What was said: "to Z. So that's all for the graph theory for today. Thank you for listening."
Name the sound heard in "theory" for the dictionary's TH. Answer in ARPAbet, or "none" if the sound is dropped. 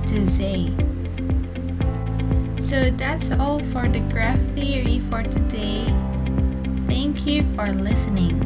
TH